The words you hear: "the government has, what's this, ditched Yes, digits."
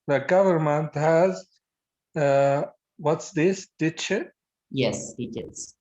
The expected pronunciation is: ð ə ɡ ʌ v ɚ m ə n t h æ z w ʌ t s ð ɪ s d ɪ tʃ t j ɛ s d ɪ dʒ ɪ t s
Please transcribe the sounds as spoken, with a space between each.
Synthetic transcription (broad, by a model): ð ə ɡ ʌ v ɚ m ə n t h æ z w ʌ t s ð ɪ s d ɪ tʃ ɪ j ɛ s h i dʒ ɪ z